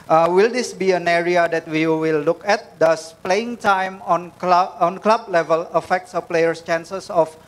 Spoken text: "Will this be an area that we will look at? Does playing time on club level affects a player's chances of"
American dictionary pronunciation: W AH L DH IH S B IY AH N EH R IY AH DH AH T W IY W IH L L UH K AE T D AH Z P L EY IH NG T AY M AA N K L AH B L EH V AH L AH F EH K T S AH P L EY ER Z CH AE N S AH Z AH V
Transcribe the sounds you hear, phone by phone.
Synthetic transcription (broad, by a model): W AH L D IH S B IY AH N EH R IY AH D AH T W IY W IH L L UH K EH T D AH S P L EY IH NG T AY M AA N K L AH B L EH V AH L AH F EH K T S AH P L EY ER S CH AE N S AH S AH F